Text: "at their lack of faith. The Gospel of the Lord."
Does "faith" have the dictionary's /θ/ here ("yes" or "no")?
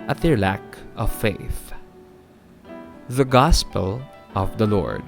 yes